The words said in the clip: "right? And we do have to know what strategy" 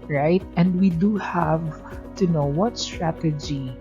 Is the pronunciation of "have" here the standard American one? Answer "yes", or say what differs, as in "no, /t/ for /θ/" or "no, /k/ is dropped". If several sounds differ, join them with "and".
yes